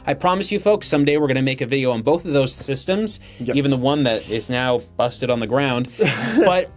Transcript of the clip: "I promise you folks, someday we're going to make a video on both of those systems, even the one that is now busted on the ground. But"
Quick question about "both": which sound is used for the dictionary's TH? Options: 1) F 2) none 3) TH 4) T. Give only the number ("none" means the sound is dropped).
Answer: 3